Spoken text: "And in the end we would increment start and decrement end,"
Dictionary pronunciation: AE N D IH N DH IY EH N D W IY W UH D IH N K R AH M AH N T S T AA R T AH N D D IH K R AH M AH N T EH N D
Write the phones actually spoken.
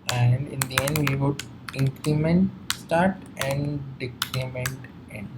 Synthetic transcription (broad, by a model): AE N D IH N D IY EH N D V IY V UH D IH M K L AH M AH N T S T AA R T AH N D D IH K L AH M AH N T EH N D